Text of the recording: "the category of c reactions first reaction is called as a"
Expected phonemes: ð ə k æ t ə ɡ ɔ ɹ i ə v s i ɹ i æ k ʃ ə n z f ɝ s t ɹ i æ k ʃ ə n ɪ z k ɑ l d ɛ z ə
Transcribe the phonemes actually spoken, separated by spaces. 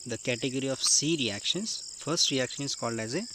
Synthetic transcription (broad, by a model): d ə k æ t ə ɡ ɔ ɹ i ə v s i ɹ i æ k ʃ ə n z f ɝ s t ɹ i æ k ʃ ə n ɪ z k ɑ l d ɛ z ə